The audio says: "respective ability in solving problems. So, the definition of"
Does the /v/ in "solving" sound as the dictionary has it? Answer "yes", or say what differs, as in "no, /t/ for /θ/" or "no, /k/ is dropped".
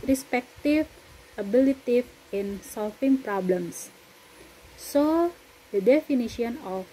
no, /f/ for /v/